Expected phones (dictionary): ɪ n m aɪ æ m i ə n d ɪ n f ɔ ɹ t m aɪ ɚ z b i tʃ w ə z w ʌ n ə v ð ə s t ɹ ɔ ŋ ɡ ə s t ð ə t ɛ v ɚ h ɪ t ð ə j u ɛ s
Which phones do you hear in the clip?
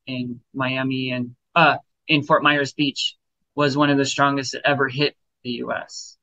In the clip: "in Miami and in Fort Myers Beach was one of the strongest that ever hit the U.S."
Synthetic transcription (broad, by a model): ɪ n m aɪ æ m i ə n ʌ ɪ n f ɔ ɹ t m aɪ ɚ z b i tʃ w ə z w ʌ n ə v ð ə s t ɹ ɔ ŋ ɡ ə s t ð ə t ɛ v ɚ h ɪ t ð ə j u ɛ s